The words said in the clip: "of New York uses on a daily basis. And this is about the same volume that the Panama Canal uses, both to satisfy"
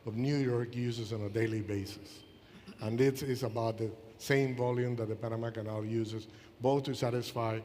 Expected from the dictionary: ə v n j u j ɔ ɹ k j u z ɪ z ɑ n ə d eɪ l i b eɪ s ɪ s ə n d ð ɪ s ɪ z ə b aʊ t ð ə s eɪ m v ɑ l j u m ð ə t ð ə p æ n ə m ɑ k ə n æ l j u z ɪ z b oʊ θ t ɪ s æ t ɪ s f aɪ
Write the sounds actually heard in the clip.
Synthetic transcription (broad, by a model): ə v n j u j ɔ ɹ k j u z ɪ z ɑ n ə d eɪ l i b eɪ s ɪ s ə n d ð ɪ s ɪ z ə b aʊ t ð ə s eɪ m v ɑ l j u m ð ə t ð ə p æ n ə m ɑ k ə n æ l j u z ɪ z b oʊ θ t ɪ s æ t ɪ s f aɪ